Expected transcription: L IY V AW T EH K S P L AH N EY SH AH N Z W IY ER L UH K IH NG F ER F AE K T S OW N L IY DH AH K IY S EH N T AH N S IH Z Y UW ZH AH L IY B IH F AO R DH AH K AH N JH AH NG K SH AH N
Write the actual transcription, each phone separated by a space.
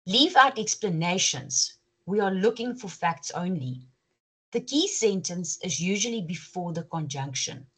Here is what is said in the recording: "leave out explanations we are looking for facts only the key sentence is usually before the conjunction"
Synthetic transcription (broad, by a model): L IY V AW T EH K S P L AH N EY SH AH N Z W IY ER L UH K IH NG F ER F AE K T S OW N L IY DH AH K IY S EH N T AH N S IH Z Y UW ZH AH L IY B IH F AO DH AH K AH N JH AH NG K SH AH N